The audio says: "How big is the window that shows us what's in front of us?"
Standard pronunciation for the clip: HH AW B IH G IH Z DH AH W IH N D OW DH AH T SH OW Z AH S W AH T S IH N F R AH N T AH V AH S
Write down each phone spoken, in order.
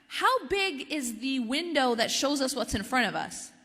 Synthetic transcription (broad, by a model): HH AW B IH G IH Z DH AH W IH N D OW DH AH T SH OW Z AH S W AH T S IH N F R AH T AH V AH S